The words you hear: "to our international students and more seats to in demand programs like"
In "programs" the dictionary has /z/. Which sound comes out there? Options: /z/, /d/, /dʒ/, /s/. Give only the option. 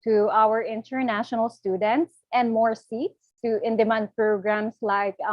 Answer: /s/